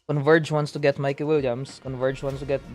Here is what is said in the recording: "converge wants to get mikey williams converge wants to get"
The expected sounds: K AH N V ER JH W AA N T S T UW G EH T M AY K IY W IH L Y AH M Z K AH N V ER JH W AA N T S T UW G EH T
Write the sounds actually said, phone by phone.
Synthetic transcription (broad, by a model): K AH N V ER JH W AA N T S T UW G EH T M AY K IY W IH L Y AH M S K AH N V ER JH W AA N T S T UW G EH T